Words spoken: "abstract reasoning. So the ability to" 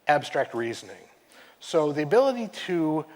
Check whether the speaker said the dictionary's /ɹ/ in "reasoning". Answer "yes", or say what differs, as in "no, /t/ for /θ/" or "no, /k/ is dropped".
yes